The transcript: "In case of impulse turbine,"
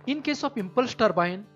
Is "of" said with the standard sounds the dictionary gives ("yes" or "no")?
no